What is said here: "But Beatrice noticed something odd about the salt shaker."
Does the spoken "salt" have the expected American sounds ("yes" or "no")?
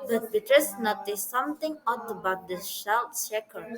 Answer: no